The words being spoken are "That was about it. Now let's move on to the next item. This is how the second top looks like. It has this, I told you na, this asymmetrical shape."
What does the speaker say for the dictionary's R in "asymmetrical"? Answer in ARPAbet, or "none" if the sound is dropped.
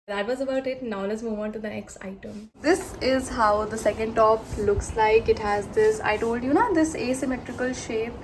R